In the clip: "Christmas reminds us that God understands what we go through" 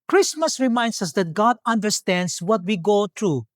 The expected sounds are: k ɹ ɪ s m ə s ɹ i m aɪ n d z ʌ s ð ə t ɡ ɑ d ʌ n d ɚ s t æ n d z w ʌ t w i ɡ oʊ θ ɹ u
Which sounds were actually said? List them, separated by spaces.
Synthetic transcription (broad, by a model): k ɹ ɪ s m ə s ɹ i m aɪ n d s ʌ s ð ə t ɡ ɑ d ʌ n d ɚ s t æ n d s w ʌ t w i ɡ oʊ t ɹ u